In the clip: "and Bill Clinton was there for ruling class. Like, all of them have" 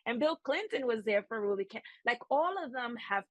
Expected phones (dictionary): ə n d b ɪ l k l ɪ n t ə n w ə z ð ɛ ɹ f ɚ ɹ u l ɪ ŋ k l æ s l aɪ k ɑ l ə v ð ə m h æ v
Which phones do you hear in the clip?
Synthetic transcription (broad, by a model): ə n b ɪ l k l ɪ n t ə n w ə z ð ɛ ɹ f ɚ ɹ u l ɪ k æ l aɪ k ɑ l ə v ð ə m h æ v